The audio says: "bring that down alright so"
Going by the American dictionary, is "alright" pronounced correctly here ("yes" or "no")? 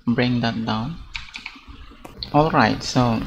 yes